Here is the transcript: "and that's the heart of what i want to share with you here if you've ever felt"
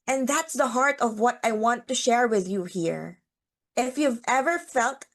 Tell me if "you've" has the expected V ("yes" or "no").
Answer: yes